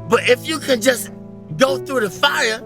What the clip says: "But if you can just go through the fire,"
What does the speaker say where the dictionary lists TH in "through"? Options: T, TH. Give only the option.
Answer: TH